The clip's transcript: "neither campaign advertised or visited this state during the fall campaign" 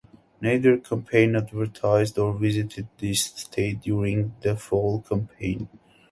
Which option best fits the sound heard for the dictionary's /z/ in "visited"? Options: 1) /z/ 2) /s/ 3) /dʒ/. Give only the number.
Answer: 1